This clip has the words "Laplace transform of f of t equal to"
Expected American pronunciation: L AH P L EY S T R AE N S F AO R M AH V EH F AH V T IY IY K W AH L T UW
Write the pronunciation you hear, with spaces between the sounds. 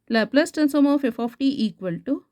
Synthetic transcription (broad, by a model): L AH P L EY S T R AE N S AO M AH F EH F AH P T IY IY K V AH L T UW